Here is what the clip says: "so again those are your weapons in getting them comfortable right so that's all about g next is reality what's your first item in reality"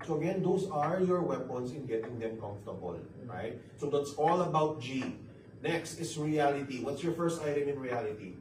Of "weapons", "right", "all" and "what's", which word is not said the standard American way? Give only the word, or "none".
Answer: weapons